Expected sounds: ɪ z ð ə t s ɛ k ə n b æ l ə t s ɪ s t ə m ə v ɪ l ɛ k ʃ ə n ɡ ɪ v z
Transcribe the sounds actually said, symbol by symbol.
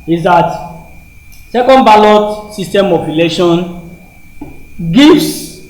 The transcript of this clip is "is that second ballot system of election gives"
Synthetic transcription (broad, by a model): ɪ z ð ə t s ɛ k ə n b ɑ l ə t s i s t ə m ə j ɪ l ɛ ʃ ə n ɡ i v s